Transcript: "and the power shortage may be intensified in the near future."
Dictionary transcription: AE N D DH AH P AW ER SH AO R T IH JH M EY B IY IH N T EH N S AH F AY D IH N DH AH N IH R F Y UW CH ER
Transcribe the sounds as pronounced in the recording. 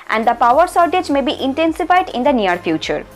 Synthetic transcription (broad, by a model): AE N D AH P AW ER S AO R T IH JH M EY B IY IH N T EH N S AH F AY D IH N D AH N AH R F Y UW CH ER